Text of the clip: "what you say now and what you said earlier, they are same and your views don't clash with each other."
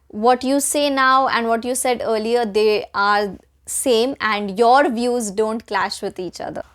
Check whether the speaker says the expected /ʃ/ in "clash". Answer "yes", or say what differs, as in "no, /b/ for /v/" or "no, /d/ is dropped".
yes